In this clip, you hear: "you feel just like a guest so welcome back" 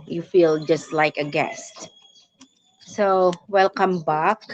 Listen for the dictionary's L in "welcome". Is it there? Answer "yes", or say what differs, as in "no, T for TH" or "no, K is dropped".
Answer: yes